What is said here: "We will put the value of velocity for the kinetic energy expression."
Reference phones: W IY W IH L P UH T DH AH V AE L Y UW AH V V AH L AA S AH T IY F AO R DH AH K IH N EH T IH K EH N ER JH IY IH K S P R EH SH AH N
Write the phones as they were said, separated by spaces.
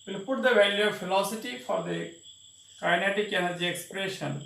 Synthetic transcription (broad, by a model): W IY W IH L P UH T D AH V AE L Y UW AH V F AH L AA S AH T IY F AO R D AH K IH N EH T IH K EH N ER JH IY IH K S P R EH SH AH N